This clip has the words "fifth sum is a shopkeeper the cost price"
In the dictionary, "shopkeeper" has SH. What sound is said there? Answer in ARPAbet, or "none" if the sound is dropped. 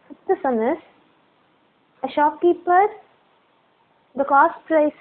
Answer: SH